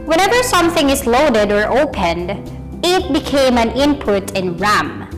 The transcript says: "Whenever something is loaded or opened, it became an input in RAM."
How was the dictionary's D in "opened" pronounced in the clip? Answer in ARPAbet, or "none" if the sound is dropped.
D